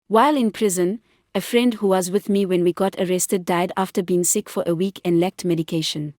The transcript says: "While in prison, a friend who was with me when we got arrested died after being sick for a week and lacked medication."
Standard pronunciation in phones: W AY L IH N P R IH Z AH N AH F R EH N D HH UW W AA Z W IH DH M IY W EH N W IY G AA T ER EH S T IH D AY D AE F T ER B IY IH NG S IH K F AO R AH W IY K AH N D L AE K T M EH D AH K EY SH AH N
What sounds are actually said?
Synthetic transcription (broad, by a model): W AY L IH N P R IH Z AH N AH F R EH N D HH UW W AA Z W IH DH M IY W EH N W IY G AA T ER EH S T IH D AY D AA F T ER B IY IH NG S IH K F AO R AH W IY K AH N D L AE K T M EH D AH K EY SH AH N